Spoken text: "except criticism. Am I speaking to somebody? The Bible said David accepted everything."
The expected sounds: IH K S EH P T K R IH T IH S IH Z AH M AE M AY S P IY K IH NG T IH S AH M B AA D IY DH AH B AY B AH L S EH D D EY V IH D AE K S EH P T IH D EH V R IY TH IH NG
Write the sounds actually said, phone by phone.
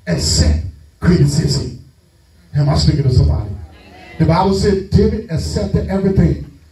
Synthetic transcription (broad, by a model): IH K S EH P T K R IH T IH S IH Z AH IH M AY S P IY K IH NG T IH S AH M B AA D IY DH AH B AY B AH L S EH D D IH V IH AE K S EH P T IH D EH V R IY TH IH NG